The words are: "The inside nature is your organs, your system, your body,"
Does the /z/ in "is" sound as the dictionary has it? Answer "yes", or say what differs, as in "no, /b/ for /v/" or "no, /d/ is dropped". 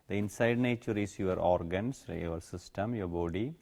no, /s/ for /z/